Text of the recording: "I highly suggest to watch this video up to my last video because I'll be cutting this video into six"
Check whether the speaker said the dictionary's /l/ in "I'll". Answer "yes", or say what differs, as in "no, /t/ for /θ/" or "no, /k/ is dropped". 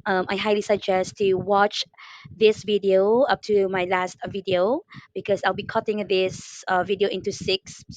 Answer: yes